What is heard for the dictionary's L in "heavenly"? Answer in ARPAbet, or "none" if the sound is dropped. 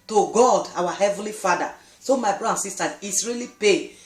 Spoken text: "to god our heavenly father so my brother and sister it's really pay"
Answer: L